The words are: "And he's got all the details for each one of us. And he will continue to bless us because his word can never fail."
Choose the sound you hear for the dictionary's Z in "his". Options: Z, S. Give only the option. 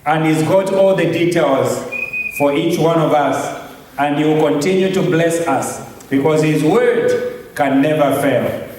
Z